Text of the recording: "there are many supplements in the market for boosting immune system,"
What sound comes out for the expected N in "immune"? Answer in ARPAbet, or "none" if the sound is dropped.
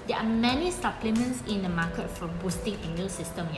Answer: L